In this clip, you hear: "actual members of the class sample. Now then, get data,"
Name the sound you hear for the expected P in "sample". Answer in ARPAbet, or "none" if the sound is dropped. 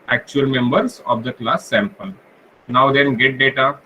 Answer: P